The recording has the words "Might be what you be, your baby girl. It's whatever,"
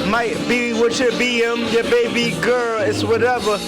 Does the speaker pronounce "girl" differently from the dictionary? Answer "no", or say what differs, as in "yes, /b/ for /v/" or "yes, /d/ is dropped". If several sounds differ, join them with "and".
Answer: no